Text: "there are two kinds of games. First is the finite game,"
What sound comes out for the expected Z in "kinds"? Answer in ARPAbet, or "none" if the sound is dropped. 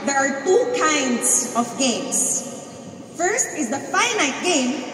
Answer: S